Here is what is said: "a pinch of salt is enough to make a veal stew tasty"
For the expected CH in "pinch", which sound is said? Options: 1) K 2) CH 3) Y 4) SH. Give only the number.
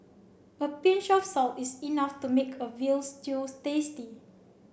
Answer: 4